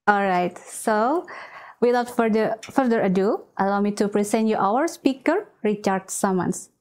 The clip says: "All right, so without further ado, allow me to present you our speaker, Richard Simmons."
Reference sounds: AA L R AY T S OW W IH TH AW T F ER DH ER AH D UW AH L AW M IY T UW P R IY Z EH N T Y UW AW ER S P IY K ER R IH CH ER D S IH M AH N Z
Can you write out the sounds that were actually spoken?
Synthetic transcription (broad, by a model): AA L R AY T S OW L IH F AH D F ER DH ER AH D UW AH L AW M IY T UW P R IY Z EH N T Y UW AW ER S P IY K ER R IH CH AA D S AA M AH N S